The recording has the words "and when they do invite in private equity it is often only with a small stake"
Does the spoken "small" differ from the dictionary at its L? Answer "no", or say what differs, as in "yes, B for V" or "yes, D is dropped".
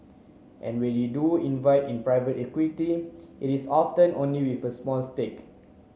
yes, N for L